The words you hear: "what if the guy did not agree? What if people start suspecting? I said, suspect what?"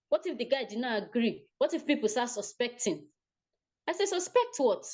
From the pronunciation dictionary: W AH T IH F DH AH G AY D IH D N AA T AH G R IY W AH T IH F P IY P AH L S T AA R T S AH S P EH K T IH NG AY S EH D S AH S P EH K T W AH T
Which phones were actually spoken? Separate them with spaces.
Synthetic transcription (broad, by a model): W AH T IH F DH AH G AY D IH D N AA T AH G R IY W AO T IH F P IY P AH L S T AA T S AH S P EH K T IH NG AY S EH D S AH S P EH K T W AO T